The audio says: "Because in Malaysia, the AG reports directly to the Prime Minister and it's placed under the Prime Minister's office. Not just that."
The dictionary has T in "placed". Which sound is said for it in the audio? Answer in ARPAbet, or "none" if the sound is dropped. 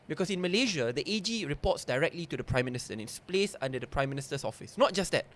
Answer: none